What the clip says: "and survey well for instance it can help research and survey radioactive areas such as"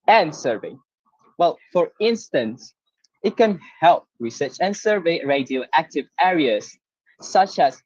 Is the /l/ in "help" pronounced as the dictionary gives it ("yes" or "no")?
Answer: yes